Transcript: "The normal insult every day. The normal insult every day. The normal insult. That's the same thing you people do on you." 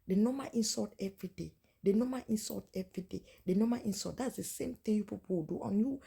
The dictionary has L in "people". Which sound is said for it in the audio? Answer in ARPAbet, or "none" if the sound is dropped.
W